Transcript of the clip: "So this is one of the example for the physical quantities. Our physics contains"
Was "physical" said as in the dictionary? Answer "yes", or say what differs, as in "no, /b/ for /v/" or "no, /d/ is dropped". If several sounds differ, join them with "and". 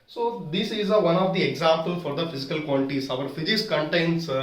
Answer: yes